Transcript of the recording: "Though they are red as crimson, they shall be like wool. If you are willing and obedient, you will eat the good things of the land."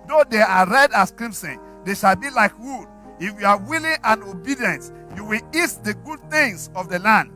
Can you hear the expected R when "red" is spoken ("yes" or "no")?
yes